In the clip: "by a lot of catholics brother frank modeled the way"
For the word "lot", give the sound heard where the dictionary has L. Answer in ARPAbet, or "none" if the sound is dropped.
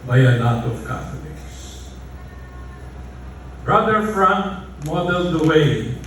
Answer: N